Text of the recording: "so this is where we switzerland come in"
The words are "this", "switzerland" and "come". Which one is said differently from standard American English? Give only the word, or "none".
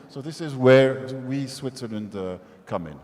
none